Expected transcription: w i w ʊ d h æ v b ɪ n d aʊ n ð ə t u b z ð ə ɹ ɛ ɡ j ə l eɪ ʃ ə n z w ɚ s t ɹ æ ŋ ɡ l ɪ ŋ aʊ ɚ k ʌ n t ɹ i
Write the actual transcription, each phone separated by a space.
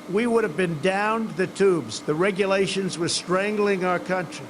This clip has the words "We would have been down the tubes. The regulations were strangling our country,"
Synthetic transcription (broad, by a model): w i w ʊ d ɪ v b ɪ n d aʊ n ð ə t u b z ð ə ɹ ɛ ɡ j ə l eɪ ʃ ə n z w ɚ s t ɹ æ ŋ ɡ l ɪ ŋ aʊ ɚ k ʌ n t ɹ i